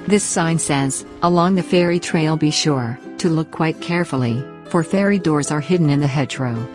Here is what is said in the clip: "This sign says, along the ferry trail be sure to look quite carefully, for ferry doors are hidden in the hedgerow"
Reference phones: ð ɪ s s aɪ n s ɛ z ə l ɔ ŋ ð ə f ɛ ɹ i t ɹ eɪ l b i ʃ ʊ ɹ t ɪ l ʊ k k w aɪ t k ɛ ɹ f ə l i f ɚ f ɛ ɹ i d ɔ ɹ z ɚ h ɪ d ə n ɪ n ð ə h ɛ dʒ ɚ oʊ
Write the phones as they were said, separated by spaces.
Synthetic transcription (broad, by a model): ð ɪ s s aɪ n s ɛ z ə l ɔ ŋ ð ə f ɛ ɹ i t ɹ eɪ l b i ʃ ʊ ɹ t ɪ l ʊ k k w aɪ t k ɛ ɹ f l i f ɚ f ɛ ɹ i d ɔ ɹ z ɚ h ɪ d n ɪ n ð ə h ɛ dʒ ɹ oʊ